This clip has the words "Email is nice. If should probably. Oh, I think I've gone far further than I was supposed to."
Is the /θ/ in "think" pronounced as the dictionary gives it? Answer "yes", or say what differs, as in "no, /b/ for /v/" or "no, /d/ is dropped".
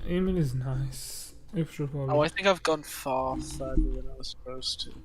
yes